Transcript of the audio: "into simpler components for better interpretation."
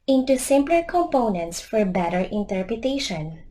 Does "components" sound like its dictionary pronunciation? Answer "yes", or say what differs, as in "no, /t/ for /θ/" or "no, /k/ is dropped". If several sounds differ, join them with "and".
yes